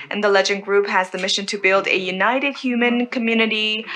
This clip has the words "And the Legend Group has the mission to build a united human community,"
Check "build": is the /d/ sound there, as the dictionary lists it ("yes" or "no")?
yes